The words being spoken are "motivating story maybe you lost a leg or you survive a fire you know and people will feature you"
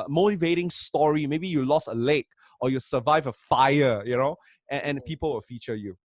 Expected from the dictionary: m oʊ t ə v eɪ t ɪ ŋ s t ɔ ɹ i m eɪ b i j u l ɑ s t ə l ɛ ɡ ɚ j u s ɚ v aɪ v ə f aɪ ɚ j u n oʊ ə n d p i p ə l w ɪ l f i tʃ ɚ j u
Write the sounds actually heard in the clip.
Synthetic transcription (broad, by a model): m oʊ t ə v eɪ t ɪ ŋ s t ɔ ɹ i m eɪ b i j u l ɑ s ə l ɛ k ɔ j u s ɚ v aɪ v ə f aɪ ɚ j u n oʊ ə n p i p ə l w ɪ l f i tʃ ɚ j u